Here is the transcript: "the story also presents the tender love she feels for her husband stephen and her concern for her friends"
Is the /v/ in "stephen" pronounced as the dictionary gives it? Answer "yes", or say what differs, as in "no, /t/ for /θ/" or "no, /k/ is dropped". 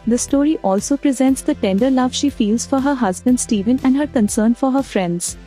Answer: yes